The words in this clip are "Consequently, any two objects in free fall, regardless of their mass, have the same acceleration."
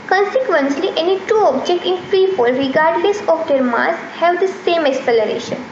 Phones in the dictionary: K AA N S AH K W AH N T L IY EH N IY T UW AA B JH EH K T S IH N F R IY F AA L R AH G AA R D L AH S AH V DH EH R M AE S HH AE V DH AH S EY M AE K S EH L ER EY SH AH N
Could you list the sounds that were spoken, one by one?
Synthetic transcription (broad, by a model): K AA N S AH K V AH N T L IY EH N IY T UW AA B JH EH K T IH N F R IY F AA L R AH G AA R D L AH S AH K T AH R M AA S HH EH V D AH S EY M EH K S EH L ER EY SH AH N